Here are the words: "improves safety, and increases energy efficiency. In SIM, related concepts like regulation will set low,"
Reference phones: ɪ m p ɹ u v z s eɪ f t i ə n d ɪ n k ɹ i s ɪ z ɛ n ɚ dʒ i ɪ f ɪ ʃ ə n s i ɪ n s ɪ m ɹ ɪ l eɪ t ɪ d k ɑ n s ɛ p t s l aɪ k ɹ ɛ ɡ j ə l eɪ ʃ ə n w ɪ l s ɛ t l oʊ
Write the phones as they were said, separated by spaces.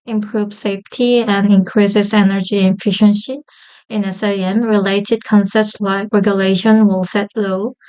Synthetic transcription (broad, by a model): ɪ m p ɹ u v s eɪ f t i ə n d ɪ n k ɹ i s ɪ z ɛ n ɚ dʒ i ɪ f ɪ ʃ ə n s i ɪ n s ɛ m ɹ ɪ l eɪ t ɪ d k ɑ n s ɛ p t s l aɪ k ɹ ɛ ɡ j ə l eɪ ʃ ə n w ɪ l s ɛ t l oʊ